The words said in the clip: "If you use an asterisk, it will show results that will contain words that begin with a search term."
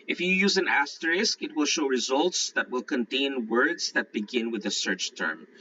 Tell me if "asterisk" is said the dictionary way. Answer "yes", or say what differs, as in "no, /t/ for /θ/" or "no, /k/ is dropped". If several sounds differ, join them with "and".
yes